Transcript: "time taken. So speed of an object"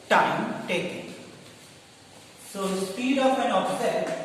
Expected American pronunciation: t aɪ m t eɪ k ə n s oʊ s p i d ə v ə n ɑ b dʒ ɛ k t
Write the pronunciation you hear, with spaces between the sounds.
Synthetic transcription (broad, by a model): t aɪ m t eɪ k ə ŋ s oʊ s p i d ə p ə n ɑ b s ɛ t